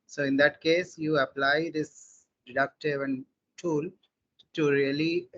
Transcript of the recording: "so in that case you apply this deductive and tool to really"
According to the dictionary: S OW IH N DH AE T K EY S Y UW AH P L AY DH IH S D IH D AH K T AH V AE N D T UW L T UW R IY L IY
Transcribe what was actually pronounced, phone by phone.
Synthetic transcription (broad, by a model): S OW IH N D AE T K EY S Y UW AH P L AY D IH S D IH D AH K T AH V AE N D T UW L T UW R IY L IY